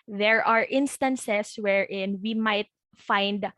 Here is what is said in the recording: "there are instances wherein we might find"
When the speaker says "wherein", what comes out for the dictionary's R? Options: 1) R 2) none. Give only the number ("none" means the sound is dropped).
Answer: 1